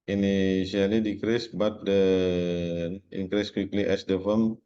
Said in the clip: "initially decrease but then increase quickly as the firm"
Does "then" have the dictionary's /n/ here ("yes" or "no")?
no